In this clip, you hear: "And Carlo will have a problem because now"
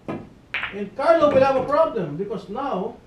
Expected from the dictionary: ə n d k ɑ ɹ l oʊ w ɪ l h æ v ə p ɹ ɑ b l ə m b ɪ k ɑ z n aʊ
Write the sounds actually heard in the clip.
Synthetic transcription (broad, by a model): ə n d k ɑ ɹ n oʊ w ɪ l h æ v ə p ɹ ɑ b l ə m b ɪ k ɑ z n aʊ